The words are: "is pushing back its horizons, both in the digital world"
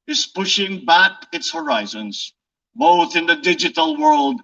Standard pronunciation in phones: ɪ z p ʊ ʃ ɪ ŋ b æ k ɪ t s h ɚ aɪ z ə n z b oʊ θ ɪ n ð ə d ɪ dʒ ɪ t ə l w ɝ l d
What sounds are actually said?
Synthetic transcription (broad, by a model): ɪ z p ʊ ʃ ɪ ŋ b æ k ɪ t s h ɚ aɪ z ə n z b oʊ θ ɪ n ð ə d ɪ dʒ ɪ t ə l w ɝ l d